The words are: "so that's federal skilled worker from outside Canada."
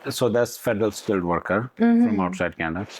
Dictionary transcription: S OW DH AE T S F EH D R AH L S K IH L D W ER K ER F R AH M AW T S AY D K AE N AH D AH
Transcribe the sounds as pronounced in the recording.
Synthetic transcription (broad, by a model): S OW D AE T S F EH D R AH L S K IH L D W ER K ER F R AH M AW T S AY D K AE N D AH